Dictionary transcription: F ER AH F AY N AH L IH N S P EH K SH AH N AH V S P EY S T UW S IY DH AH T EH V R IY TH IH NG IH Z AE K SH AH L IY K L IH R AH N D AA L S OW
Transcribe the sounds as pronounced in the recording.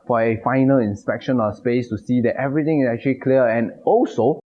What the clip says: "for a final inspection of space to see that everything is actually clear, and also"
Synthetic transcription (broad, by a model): F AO AH F AY N AH L IH N S P EH K SH AH N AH S P EY S T UW S IY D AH T EH V R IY T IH NG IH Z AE K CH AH L IY K L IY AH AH N AA L S OW